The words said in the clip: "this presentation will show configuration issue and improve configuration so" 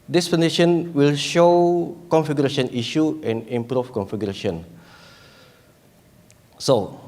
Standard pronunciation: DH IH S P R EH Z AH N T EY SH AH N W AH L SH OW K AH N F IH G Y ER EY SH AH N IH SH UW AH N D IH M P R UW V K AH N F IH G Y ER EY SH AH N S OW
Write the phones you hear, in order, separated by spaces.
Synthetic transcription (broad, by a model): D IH S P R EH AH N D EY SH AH N W AH L SH OW K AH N F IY G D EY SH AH N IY SH UW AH N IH M P R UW F K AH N F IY G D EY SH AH N S OW